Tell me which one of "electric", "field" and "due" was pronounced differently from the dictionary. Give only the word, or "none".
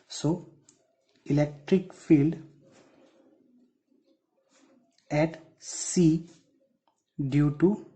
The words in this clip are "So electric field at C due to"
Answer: none